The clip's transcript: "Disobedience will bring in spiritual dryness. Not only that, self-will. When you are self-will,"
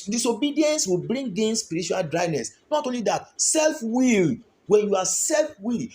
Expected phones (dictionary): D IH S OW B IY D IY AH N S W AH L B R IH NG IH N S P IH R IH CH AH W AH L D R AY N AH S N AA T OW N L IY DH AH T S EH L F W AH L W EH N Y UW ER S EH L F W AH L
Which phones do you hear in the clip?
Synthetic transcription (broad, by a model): D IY S OW B IY D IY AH N S W AH L B R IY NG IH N S P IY R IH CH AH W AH L D R AY N AH S N AA T OW N L IY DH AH T S EH L F W AH L W EH N Y UW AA S EH L F W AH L